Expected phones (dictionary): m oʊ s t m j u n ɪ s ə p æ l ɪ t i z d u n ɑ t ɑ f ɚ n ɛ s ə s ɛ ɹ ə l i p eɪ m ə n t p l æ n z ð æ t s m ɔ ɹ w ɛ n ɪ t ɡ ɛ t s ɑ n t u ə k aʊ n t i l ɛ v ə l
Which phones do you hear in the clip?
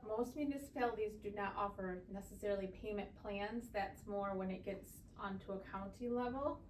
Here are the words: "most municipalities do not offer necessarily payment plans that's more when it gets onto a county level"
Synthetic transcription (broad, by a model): m oʊ s t m j u n ɪ s ə p æ l ɪ t i z d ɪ n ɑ t ɑ f ɚ n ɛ s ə s ɛ ɹ l i p eɪ m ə n p l æ n z ð æ t s m ɔ ɹ w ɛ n ɪ t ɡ ɛ t s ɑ n t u ə k aʊ n t i l ɛ v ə l